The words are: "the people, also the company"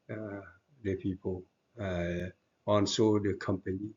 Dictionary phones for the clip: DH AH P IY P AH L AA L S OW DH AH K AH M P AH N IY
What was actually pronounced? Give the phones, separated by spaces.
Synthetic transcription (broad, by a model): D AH P IY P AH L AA N S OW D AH K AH M P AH N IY